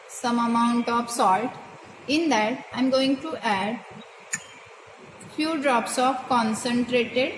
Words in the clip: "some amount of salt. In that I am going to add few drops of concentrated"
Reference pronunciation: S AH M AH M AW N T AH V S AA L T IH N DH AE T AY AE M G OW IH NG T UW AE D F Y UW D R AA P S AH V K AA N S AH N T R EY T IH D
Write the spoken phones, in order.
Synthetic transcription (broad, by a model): S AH M AH M AW N T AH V S AA L T IH N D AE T AY M G OW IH NG T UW AE D F Y UW D R AA P S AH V K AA N S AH N T R EY T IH D